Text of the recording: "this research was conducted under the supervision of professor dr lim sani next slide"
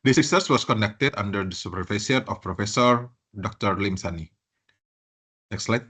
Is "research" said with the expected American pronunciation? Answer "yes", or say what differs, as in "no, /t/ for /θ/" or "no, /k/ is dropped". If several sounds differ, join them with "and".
no, /s/ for /tʃ/